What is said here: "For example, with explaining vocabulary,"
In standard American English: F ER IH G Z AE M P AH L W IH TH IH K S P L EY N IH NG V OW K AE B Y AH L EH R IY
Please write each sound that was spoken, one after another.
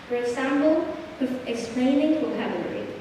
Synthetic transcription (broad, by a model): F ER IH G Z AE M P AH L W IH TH IH K S P L EY N IH NG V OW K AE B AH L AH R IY